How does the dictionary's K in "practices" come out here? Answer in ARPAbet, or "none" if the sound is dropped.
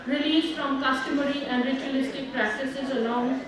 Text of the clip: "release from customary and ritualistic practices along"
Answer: K